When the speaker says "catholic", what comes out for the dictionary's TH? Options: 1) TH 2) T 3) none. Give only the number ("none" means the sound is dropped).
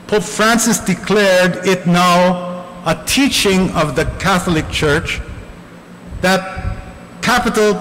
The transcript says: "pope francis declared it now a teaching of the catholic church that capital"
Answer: 1